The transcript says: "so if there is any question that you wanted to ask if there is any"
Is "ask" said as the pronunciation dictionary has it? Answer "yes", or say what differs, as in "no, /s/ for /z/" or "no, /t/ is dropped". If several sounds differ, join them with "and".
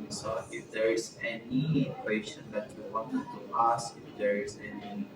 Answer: no, /k/ is dropped